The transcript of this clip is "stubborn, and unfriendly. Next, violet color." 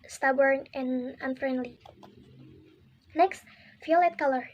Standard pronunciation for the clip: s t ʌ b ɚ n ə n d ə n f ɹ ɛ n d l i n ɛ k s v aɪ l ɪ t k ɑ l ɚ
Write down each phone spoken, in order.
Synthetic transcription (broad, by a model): s t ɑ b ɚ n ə n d ə n f ɹ ɛ n d l i n ɛ k s f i l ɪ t k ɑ l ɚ